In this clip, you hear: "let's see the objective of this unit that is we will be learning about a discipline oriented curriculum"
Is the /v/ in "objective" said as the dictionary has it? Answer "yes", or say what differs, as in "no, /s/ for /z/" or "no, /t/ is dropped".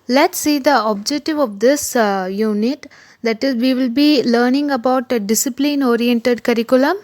yes